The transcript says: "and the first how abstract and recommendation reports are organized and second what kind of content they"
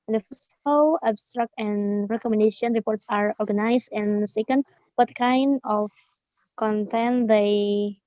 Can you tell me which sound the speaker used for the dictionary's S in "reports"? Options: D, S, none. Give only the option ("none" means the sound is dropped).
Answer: S